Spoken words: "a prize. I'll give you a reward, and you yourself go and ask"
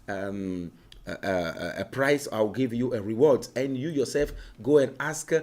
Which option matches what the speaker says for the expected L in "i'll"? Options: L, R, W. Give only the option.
W